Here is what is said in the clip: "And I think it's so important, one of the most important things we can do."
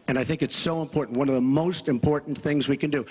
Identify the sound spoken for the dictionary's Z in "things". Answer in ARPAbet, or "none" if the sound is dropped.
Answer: Z